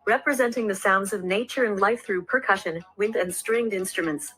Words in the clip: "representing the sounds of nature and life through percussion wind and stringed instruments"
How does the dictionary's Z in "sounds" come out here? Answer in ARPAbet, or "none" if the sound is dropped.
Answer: Z